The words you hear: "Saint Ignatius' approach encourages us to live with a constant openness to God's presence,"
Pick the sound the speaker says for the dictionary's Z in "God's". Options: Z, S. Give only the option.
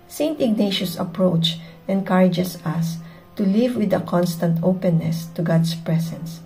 S